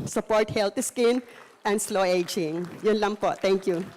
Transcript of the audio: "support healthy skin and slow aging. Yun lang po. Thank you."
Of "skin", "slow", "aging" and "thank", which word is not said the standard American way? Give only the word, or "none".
thank